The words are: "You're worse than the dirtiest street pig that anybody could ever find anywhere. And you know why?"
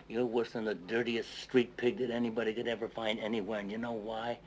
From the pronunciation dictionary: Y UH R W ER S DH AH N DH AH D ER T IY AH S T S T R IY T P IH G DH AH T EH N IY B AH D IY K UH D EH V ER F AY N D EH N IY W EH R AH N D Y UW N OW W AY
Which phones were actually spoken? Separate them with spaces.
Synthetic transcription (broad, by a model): Y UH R W ER S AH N DH AH D ER T IY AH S S T R IY T P IH G DH AH T EH N IY B AH D IY K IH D EH V ER F AY N D EH N IY W EH R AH N Y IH N OW W AY